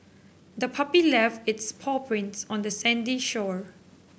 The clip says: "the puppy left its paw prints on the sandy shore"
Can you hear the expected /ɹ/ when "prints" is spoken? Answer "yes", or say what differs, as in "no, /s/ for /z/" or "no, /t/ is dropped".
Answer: yes